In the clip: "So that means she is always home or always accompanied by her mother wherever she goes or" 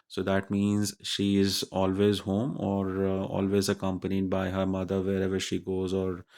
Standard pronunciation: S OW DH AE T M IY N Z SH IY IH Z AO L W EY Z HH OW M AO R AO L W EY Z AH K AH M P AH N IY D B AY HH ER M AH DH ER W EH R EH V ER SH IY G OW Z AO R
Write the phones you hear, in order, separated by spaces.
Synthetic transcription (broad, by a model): S OW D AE T M IY N Z SH IY IH Z AO L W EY Z HH OW M AO R AO L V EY Z AH K AH M P AH N IY D B AY HH ER M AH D ER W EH R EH V ER SH IY G OW Z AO R